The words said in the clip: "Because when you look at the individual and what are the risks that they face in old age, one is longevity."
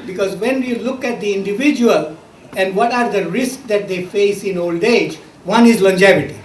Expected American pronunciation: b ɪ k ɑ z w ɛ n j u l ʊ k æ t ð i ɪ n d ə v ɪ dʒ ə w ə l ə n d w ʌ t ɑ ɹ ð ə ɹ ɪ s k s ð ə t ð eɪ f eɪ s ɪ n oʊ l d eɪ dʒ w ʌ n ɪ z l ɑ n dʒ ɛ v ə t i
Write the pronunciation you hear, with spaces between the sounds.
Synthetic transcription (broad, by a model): b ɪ k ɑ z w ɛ n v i l ʊ k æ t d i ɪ n d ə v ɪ dʒ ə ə l ə n d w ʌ t ɑ ɹ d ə ɹ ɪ s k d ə t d eɪ f eɪ s ɪ n oʊ l d eɪ dʒ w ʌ n ɪ z l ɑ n dʒ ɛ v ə t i